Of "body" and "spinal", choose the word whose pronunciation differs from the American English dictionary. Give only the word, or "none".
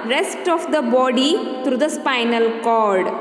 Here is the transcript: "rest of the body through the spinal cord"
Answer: none